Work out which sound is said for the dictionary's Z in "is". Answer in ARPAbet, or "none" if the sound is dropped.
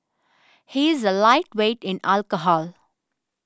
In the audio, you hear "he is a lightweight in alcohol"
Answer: Z